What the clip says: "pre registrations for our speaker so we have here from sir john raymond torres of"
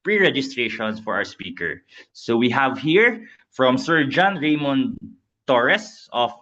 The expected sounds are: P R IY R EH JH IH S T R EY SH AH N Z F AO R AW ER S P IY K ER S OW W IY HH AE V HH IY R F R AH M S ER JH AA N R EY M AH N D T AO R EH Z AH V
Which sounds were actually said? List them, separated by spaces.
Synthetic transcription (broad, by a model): P R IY R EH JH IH S T R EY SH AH N S F AO R AW ER S P IY K ER S OW W IY HH AE V HH IY R F R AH M S ER JH AA N R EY M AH N T AO R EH S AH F